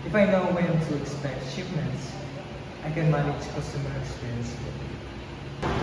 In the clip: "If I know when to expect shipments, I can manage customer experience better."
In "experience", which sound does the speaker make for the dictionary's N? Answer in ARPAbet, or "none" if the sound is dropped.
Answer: N